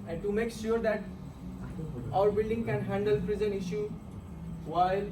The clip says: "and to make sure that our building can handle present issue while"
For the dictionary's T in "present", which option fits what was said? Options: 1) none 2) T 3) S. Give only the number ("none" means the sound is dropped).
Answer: 1